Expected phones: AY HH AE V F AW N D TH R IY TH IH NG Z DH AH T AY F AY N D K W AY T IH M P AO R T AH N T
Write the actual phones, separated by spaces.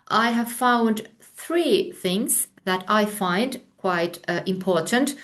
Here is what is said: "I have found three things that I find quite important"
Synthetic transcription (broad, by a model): AY HH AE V F AW N D TH R IY TH IH NG Z DH AH T AY F AY N D K W AY T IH M P AO R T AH N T